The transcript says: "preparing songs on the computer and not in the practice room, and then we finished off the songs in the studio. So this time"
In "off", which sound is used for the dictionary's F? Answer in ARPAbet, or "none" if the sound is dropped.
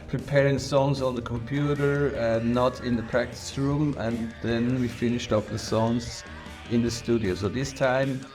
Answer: P